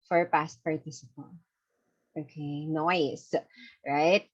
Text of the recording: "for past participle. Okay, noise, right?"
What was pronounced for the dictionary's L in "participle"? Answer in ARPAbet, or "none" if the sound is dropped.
N